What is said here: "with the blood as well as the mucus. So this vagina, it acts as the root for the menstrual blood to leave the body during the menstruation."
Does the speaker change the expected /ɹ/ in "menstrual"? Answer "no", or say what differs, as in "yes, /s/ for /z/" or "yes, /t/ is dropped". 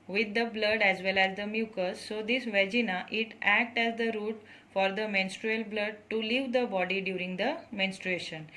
no